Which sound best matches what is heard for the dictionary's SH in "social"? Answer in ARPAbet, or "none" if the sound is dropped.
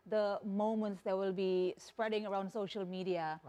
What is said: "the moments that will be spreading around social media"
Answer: SH